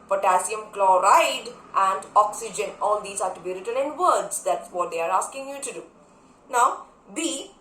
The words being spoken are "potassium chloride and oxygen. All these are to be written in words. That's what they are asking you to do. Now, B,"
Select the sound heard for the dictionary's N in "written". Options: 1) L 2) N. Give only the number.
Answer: 1